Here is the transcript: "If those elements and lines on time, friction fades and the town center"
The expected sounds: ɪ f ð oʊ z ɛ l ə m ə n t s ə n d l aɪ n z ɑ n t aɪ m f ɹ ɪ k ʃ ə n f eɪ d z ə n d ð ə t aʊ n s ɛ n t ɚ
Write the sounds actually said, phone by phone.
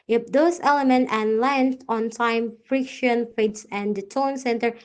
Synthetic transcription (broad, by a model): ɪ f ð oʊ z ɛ l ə m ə n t ə n l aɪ n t ɑ n t aɪ m f ɹ ɪ k ʃ ə n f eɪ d s ə n d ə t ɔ n s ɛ n t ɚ